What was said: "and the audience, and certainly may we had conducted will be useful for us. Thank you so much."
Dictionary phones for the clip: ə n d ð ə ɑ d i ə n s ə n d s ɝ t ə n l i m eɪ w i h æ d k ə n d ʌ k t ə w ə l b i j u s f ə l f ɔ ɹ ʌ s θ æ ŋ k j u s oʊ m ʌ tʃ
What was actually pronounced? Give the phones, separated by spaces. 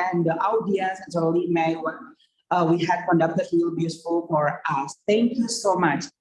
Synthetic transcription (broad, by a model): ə n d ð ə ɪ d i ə s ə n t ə l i m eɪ w i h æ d k ə n d ʌ k t ə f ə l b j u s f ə l f ɔ ɹ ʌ s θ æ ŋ k j u s oʊ m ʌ tʃ